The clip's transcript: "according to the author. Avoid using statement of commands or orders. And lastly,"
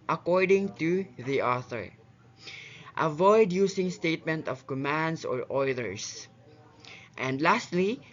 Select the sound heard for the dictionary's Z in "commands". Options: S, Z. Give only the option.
S